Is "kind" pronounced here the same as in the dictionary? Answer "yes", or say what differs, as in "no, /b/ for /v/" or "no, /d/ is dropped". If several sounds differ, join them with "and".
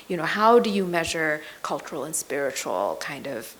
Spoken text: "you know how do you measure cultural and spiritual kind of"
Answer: yes